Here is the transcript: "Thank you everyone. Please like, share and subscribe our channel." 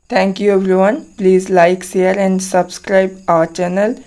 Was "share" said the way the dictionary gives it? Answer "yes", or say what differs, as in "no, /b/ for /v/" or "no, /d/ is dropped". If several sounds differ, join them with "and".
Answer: no, /s/ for /ʃ/